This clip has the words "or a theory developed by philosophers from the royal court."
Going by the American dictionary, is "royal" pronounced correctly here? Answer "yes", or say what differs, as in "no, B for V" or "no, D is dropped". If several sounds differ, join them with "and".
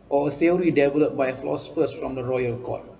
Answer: yes